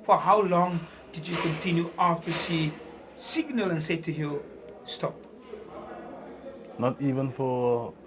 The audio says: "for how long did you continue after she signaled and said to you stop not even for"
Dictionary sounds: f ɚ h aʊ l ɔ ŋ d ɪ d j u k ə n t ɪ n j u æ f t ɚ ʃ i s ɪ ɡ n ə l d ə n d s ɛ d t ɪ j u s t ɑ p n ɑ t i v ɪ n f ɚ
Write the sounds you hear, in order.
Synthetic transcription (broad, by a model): f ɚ h aʊ l ɔ ŋ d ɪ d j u k ə n t ɪ n j u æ f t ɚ s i s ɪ ɡ n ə l ə n s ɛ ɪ t ɪ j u s t ɑ p n ɑ t i v ɪ n f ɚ